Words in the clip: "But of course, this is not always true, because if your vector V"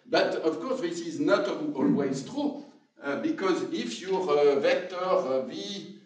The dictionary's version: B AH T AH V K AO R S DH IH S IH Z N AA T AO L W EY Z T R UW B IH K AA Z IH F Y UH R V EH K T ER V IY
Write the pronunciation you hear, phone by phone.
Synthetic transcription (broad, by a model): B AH T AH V K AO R S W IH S IH Z N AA T AO L W EY Z T R UW B IH K AA Z IH F Y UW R V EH K T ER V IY